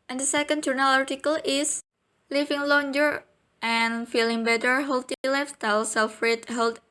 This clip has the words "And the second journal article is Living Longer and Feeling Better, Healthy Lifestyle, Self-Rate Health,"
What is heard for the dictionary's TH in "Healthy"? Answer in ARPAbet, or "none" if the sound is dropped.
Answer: T